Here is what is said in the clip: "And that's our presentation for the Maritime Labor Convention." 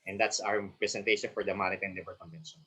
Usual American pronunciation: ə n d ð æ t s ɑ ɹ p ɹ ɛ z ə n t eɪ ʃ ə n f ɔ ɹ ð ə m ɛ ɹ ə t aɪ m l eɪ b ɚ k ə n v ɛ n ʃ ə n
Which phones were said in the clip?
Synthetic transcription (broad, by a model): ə n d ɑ t s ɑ w p ɹ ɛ s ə n t eɪ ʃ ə n f ɔ ɹ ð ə m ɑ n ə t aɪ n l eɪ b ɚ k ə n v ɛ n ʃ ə n